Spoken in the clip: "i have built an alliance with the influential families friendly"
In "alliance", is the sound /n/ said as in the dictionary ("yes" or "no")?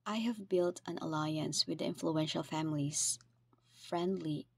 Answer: yes